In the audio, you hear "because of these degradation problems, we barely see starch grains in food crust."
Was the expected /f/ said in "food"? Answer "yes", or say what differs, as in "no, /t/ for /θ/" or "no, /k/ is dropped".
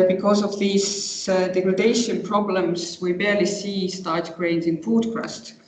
no, /p/ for /f/